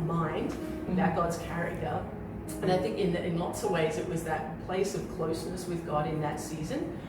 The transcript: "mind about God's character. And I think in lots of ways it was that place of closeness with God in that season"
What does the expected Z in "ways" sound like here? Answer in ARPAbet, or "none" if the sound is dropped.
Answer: Z